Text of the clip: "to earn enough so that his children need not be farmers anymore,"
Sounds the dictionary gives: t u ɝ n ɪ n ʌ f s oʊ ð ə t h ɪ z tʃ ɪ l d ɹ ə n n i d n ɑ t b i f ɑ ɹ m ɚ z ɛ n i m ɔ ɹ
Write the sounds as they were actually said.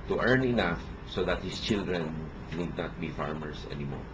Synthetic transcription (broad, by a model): t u ɝ n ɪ n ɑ f s oʊ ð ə t h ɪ s tʃ ɪ l d ɹ ə n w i d n ɑ t b i f ɑ ɹ m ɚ s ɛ n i m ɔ ɹ